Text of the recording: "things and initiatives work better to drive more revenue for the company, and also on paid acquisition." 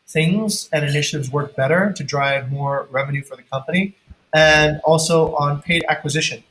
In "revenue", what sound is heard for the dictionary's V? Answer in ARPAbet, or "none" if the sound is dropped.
V